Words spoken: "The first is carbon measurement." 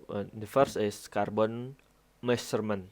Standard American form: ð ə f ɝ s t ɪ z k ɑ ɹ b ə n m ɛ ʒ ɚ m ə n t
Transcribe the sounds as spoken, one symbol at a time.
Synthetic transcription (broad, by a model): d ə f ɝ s ɪ s k ɑ ɹ b ə n m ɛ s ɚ m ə n